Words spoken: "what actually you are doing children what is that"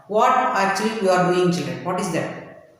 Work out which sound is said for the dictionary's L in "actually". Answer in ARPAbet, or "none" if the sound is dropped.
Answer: none